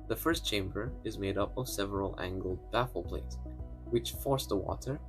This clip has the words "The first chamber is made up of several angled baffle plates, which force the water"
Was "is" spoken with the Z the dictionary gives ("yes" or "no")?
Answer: yes